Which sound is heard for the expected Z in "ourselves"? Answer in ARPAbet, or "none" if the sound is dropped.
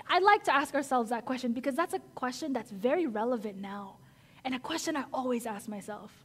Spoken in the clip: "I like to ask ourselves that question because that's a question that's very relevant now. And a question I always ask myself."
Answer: Z